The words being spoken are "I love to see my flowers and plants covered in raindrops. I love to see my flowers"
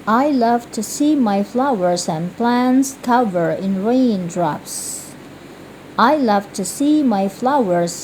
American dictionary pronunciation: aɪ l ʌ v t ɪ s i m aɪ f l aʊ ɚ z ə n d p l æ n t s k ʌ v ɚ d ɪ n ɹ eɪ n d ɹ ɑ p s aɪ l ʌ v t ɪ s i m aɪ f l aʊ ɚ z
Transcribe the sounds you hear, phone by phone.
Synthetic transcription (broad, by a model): aɪ l ʌ v t ɪ s i m aɪ f l aʊ ɚ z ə n p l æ n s k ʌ v ɚ ɪ n ɹ eɪ n d ɹ ɑ p s aɪ l ʌ v t ɪ s i m aɪ f l aʊ ɚ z